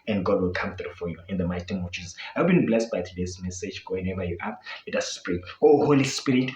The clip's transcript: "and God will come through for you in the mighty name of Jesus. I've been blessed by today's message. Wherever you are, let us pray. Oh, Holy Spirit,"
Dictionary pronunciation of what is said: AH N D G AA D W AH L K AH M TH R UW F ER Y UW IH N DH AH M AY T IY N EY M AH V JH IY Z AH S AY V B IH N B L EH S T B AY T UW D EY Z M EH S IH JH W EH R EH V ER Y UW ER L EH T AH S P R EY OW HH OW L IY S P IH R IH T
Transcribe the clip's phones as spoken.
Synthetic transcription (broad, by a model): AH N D G AA D W AH L K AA M TH R UW F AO Y UW IH N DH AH M AY T IY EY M AH V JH IY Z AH S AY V B IH N B L EH S T B AY T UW D EY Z M EH S IH JH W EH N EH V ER Y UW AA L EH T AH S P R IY OW HH OW L IY S P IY R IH T